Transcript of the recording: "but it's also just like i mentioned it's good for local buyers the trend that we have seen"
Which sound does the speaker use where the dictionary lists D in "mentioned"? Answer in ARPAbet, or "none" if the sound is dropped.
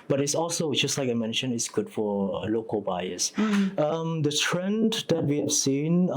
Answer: none